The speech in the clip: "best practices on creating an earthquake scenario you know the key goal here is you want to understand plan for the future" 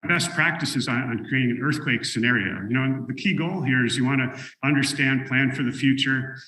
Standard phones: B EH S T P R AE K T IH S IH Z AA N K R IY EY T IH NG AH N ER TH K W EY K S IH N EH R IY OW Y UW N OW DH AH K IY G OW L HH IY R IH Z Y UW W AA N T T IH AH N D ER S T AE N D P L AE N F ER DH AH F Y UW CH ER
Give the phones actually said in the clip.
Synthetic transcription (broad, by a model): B EH S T P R AE K T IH S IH Z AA N K R IY EY T IH NG AH N ER TH K W EY K S IH N EH R IY OW Y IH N OW DH AH K IY G OW L HH IY R IH Z Y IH W AA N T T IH AH N D ER S T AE N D P L AE N F ER DH AH F Y UW CH ER